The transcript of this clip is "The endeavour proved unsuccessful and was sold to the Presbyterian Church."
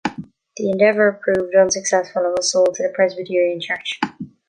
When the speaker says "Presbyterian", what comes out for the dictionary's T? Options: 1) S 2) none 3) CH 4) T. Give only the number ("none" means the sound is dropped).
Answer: 4